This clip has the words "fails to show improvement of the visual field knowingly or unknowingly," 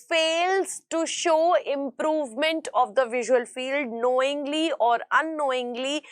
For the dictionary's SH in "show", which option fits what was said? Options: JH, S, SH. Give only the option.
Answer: SH